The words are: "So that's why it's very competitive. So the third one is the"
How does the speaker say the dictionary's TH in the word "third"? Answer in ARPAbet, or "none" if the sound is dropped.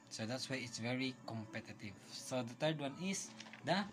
T